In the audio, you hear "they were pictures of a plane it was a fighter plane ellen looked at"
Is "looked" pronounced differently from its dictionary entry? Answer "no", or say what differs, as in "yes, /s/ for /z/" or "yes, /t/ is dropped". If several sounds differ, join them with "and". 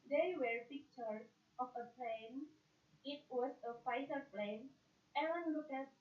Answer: yes, /t/ is dropped